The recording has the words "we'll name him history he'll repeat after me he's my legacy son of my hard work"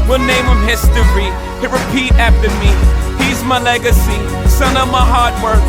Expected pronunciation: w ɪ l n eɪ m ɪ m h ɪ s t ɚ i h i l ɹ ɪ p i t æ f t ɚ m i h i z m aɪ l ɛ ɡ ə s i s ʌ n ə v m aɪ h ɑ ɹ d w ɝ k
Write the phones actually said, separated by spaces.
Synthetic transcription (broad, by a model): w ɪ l n eɪ m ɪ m h ɪ s t ɚ i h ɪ ɹ ɪ p i t æ f t ɚ m i h i z m aɪ l ɛ ɡ ə s i s ʌ n ə v m aɪ h ɑ ɹ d w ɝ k